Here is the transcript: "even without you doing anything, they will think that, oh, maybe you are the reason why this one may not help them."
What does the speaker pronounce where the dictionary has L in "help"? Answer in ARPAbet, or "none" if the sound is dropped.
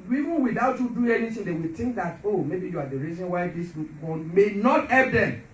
none